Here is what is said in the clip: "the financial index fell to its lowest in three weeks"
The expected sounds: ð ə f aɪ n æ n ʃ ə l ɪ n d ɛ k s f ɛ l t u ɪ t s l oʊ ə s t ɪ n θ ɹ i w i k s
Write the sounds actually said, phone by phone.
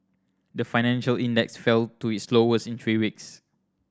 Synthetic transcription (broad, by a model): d ə f aɪ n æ n ʃ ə l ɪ n d ɛ k s f ɛ l t u ɪ t s l oʊ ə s ɪ n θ ɹ i w i k s